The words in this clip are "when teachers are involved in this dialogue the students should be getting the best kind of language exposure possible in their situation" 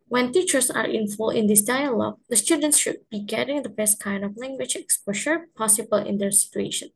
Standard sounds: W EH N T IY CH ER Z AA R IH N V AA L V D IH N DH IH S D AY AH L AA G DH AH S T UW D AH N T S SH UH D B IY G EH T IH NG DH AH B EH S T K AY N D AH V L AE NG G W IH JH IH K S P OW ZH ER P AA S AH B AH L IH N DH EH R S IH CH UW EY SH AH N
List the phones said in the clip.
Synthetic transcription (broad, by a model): W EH N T IY CH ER S AA R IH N F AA L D IH N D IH S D AY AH L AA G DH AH S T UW D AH N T S SH UH D B IY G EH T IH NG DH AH B EH S T K AY N D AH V L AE NG G W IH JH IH K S P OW SH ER P AA S AH B AH L IH N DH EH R S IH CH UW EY SH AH N